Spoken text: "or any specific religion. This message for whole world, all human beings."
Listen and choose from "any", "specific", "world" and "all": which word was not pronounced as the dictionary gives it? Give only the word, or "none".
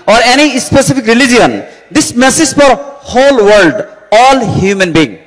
specific